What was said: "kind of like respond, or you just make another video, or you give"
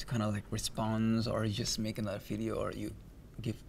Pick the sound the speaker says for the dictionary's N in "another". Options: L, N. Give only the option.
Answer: L